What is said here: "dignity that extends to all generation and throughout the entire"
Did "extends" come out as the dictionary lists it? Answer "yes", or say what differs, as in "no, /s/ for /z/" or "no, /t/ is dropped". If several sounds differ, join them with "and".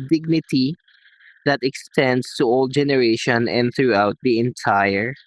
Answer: no, /s/ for /z/